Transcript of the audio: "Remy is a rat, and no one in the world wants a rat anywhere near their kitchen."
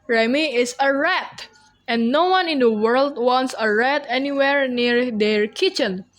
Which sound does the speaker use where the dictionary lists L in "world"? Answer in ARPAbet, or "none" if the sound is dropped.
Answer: L